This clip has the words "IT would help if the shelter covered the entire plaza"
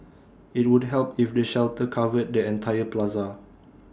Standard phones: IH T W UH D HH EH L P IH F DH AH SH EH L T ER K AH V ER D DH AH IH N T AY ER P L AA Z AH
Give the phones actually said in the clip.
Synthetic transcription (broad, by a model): IH T W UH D HH EH L P IH F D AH SH EH L T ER K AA V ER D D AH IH N T AY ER P L AA Z AH